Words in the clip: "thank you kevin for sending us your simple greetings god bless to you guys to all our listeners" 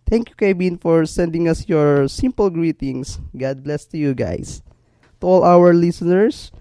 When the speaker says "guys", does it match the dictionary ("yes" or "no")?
no